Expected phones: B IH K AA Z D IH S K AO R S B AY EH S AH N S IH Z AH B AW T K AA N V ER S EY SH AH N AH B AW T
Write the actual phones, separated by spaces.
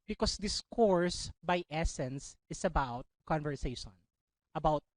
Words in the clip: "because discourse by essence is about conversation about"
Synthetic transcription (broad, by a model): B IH K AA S D IH S K AO R S B AY EH S AH N S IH S AH B AW T K AA N V ER S EY SH AH N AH B AW T